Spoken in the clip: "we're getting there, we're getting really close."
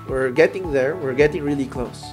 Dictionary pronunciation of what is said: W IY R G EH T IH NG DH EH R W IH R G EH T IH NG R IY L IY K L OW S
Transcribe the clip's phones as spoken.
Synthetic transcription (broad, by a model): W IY R G EH T IH NG DH EH R W IH R G EH T IH NG R IY L IY K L OW S